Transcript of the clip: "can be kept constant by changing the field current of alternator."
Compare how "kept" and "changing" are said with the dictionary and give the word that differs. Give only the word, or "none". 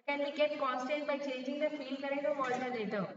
kept